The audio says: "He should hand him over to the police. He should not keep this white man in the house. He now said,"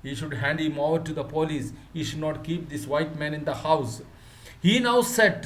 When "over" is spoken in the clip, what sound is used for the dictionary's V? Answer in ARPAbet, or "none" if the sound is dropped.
none